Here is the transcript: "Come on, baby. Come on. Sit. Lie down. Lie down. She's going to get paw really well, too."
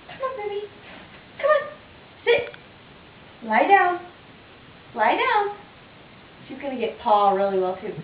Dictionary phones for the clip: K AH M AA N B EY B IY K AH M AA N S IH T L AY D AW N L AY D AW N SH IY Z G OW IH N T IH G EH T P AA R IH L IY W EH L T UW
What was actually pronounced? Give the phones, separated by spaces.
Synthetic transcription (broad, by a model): K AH M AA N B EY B IY K AH M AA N S IH T L AY D AW N L AY D AW N SH IY Z G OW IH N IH G EH T P AA R IH L IY W EH L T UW